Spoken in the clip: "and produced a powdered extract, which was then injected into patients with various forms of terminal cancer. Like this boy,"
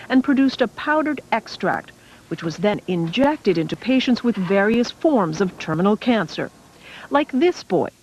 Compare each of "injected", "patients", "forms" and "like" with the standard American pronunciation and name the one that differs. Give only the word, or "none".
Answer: none